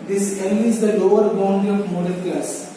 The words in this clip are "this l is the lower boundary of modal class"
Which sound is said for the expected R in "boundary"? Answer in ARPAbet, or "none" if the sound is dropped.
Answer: none